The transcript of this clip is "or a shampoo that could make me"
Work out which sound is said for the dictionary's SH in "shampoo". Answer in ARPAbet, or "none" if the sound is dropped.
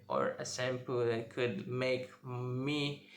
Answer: S